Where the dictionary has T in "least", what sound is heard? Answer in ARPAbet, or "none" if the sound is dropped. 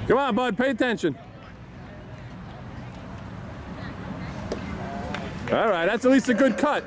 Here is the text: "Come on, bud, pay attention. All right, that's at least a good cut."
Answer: T